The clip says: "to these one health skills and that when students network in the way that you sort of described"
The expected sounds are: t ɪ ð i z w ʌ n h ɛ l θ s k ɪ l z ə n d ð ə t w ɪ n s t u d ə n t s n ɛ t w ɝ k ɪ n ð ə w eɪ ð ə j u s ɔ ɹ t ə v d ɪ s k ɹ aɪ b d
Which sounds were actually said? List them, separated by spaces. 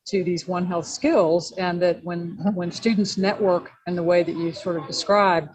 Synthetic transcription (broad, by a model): t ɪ ð i z w ʌ n h ɛ l θ s k ɪ l z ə n ð ə t w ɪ n s t u d n t s n ɛ t w ɝ k ɪ n ð ə w eɪ ð ə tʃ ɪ s ɔ ɹ t ə v d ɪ s k ɹ aɪ b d